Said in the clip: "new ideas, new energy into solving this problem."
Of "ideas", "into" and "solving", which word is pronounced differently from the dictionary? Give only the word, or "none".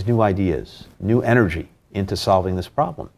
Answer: none